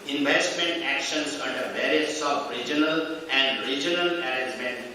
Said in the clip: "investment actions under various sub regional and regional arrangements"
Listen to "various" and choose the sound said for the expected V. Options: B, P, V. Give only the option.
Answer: B